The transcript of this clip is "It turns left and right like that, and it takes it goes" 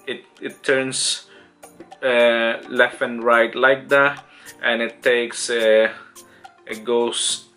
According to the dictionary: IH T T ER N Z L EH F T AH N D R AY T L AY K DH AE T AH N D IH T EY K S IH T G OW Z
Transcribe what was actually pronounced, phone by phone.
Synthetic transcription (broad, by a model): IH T T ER N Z L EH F AH N R AY T L AY K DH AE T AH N IH T EY K S IH T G OW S